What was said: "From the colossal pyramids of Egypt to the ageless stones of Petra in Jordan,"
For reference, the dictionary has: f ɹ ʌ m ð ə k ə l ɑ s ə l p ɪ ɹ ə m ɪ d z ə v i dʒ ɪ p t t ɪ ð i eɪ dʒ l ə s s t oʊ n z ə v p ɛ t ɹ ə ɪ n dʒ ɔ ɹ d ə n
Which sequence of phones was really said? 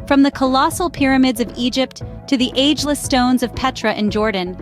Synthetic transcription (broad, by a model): f ɹ ʌ m ð ə k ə l ɑ s l p ɪ ɹ ə m ɪ d z ə v i dʒ ɪ p t t ɪ ð i eɪ dʒ l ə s s t oʊ n z ə v p ɛ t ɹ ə ɪ n dʒ ɔ ɹ d n